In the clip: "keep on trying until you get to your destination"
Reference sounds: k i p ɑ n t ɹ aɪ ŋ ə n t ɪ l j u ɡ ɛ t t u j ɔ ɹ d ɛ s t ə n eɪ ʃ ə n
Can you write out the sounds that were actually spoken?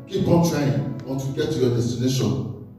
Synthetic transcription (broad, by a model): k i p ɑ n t l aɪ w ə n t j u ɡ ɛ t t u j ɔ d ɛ s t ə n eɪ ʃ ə n